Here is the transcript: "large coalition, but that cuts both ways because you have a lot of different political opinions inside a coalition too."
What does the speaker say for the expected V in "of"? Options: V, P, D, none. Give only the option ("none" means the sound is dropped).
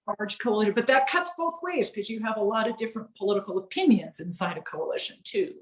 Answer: V